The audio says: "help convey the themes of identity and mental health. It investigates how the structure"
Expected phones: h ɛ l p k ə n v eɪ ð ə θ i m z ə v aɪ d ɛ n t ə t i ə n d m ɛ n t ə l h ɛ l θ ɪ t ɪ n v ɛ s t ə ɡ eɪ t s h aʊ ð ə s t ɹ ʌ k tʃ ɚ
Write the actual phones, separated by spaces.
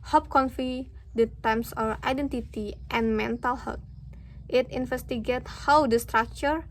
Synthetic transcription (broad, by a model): h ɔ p k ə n f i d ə t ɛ m s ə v aɪ d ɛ n t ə t i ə n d m ɛ n t ə l h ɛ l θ ɪ t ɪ n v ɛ s t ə ɡ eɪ t h aʊ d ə s t ɹ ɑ k tʃ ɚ